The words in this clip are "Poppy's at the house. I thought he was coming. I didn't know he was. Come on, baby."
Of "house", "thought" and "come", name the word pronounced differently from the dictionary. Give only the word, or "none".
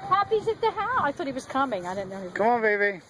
house